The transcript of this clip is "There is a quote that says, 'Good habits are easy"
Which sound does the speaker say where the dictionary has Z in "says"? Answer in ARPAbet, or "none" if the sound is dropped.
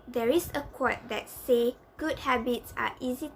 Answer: none